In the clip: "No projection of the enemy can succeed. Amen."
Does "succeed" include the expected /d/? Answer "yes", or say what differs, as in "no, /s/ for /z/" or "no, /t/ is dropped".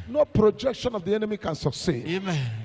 no, /d/ is dropped